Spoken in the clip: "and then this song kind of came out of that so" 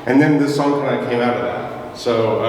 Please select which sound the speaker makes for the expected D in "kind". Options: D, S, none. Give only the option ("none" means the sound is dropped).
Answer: none